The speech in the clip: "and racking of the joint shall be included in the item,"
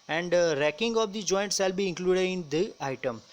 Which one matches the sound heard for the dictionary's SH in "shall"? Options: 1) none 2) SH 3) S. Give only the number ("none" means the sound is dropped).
3